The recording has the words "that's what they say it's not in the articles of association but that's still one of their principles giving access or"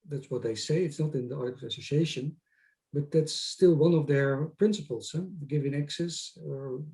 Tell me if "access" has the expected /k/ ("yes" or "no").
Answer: yes